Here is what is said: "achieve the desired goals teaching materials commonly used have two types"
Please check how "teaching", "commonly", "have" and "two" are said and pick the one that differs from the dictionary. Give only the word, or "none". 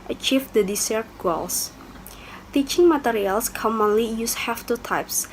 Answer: have